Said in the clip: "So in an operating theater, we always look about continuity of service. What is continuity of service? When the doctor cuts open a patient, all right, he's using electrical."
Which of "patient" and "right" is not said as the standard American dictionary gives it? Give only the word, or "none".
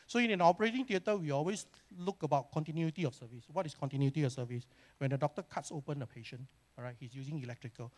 patient